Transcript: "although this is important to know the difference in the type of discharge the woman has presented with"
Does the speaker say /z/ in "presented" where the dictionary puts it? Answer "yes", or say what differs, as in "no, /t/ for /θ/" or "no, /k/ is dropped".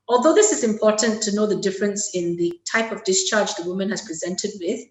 yes